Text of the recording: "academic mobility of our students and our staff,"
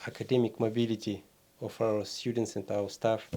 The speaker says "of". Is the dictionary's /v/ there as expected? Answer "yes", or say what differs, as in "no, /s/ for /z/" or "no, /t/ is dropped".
no, /f/ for /v/